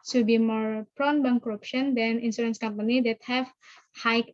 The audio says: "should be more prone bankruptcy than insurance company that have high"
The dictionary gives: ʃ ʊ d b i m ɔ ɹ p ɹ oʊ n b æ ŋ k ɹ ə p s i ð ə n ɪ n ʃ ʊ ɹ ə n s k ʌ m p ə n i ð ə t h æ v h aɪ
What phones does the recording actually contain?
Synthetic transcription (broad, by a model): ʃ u b i m ɔ ɹ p ɹ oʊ n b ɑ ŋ k ɹ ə p ʃ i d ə n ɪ n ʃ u ɹ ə n s k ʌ m p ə n i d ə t h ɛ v h aɪ